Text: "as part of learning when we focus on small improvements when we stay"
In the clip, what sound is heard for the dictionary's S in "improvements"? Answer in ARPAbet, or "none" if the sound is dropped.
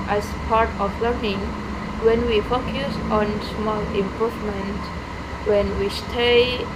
none